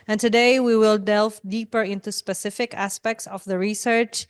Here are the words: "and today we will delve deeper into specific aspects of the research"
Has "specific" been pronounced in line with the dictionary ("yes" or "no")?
yes